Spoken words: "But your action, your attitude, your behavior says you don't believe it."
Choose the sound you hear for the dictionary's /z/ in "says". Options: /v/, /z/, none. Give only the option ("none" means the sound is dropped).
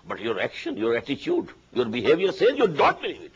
none